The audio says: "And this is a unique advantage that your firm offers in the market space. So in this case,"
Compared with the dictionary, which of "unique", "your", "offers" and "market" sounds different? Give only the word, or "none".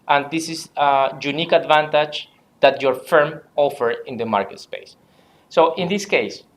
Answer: offers